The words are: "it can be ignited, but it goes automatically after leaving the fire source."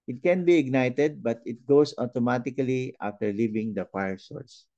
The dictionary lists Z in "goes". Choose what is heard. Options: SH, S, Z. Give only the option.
S